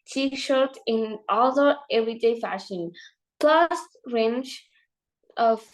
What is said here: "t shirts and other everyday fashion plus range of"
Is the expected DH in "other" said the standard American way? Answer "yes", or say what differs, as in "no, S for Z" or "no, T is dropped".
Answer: no, DH is dropped